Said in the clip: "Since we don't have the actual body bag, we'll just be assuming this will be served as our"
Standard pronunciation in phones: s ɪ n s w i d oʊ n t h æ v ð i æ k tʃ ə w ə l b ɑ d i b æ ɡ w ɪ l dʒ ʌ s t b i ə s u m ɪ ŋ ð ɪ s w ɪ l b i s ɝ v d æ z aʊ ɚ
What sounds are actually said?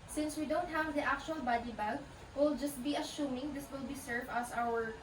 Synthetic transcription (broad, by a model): s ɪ n s w i d oʊ n t h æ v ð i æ k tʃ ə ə l b ɑ d i b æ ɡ w ɪ l dʒ ʌ s t b i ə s u m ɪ ŋ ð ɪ s w ɪ l b i s ɝ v æ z aʊ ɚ